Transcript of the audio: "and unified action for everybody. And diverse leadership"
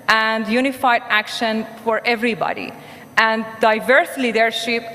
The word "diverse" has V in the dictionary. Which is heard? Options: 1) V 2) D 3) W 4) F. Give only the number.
1